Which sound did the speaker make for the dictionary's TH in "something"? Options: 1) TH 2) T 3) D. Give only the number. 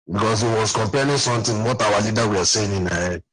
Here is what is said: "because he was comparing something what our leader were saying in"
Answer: 2